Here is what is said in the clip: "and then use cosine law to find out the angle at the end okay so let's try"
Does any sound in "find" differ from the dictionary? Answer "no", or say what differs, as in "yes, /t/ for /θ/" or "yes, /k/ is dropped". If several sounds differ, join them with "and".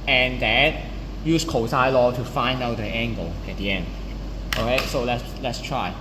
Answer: no